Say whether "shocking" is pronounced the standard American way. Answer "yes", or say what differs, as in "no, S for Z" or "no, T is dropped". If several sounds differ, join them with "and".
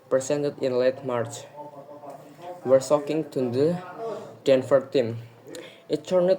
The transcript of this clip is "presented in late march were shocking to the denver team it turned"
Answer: no, S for SH